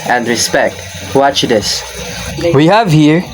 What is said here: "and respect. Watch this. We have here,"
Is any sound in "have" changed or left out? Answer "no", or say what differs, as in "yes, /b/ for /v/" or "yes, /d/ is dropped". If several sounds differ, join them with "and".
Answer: no